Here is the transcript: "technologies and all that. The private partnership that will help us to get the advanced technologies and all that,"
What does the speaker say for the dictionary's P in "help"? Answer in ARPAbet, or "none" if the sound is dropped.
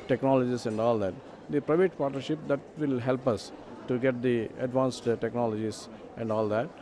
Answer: P